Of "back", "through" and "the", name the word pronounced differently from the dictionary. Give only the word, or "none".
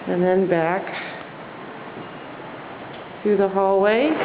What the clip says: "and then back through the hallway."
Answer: through